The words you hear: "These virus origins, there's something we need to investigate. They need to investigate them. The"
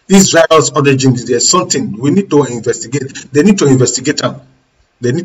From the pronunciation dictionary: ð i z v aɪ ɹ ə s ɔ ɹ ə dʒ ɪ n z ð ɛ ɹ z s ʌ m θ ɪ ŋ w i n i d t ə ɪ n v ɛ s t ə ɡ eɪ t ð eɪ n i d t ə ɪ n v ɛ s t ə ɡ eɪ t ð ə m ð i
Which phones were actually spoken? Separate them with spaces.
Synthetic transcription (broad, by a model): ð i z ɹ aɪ ə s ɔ ɹ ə dʒ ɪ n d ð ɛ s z s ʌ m t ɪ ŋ w i n i d t ə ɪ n v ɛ s t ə ɡ eɪ t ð eɪ n i d t ə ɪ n v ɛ s t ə ɡ eɪ t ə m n i